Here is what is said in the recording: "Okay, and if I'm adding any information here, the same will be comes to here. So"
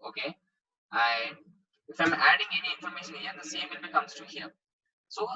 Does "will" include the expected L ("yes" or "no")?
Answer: no